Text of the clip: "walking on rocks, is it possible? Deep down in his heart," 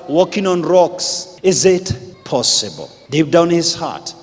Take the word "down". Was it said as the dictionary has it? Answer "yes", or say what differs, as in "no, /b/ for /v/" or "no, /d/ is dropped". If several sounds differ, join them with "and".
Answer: no, /n/ is dropped